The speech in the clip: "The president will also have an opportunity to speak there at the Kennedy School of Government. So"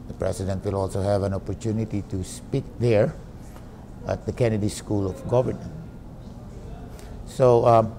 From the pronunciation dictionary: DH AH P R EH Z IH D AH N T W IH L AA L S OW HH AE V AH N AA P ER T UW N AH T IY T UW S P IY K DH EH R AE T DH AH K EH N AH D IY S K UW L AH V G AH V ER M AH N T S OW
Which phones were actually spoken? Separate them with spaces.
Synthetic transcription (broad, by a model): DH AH P R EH S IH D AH N T W IH L AA L S OW HH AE V AH N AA P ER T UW N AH T IY T UW S P IY K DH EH R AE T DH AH K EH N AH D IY S K UW L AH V G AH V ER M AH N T S OW